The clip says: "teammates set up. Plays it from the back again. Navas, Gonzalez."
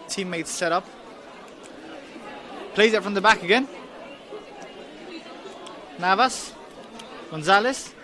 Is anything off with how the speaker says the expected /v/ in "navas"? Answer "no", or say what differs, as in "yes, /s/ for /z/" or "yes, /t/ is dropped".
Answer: no